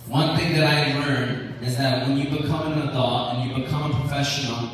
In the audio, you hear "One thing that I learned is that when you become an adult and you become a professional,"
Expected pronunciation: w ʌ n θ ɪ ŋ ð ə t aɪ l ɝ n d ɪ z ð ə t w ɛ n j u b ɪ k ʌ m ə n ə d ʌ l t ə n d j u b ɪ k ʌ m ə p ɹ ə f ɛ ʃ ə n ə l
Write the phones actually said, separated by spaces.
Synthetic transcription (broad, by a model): w ʌ n θ ɪ ŋ ð ə t aɪ l ɝ n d ɪ z ð ə t w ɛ n j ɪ b ɪ k ʌ m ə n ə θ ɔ t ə n j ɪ b ɪ k ʌ m ə p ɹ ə f ɛ ʃ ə n l